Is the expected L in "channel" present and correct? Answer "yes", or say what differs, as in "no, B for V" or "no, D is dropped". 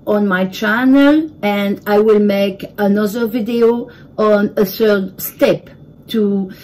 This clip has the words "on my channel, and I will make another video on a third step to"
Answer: yes